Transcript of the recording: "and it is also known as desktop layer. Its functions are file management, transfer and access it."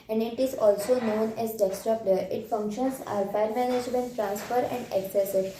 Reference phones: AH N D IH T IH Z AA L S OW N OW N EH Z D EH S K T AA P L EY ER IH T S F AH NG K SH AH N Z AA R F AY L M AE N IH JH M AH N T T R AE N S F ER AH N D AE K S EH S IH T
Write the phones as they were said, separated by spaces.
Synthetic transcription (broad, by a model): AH N D IH T IH Z AA L S OW N OW N EH Z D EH S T T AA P L EY ER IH T F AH NG K SH AH N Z AA R P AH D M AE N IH JH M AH N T T R AE N S F ER AH N D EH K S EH S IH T